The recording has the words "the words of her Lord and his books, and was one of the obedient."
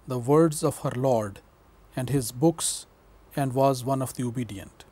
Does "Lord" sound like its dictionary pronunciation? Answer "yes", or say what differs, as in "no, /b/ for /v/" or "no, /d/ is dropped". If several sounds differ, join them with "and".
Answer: yes